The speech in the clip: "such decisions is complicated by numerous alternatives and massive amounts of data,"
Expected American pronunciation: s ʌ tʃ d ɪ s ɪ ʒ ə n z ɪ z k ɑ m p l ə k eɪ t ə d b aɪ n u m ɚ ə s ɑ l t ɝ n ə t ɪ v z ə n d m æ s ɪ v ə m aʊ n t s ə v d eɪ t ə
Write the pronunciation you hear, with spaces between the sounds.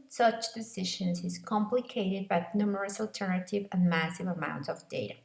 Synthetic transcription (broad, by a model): s ʌ tʃ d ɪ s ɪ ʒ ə n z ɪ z k ɑ m p l ə k eɪ t ə d b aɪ n u m ɚ ə s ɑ l t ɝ n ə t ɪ v ə n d m æ s ɪ v ə m aʊ n t s ə v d eɪ t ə